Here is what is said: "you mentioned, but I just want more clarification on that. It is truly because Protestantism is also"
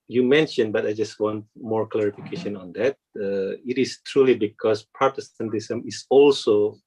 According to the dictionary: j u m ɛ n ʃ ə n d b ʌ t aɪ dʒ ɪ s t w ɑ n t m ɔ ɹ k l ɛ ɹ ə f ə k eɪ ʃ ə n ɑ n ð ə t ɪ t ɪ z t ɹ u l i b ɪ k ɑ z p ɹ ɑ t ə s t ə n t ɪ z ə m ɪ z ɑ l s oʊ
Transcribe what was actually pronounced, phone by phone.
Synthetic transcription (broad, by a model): j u m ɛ n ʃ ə n b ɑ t aɪ dʒ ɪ s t w ɑ n t m ɔ ɹ k l ɛ ɹ ə f ə k eɪ ʃ ə n ɑ n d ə t ɪ t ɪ s t ɹ u l i b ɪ k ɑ s p ɹ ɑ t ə s t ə n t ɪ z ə m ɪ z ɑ l s oʊ